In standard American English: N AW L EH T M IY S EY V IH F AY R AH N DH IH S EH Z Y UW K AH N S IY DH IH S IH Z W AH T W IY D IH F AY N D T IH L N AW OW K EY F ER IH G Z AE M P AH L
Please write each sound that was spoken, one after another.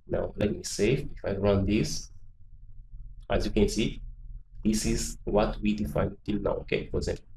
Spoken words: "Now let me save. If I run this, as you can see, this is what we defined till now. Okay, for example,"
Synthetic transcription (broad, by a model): N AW L EH T M IY S EY F IH F AY R AH N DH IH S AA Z Y UW K AH N S IY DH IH S IH Z W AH T W IY D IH F AY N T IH L N AW OW K EY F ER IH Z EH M